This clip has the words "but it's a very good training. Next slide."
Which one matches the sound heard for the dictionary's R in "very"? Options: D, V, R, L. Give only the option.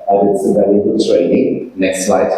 L